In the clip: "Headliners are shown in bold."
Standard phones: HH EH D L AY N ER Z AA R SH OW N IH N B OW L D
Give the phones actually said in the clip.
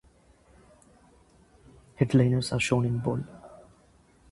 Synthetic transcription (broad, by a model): HH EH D L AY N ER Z AA R SH OW N IH N B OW L